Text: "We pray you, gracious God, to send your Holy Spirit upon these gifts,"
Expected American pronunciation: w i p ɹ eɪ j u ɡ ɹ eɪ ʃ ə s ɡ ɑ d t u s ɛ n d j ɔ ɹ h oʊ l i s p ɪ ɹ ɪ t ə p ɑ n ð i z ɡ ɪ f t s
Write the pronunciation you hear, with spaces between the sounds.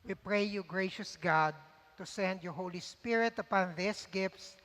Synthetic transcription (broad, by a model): w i p ɹ eɪ j u ɡ ɹ eɪ ʃ ə s ɡ ɑ d t u s ɛ n d j ɔ ɹ h oʊ l i s p ɪ ɹ ɪ t ə p ɑ n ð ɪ s ɡ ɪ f t s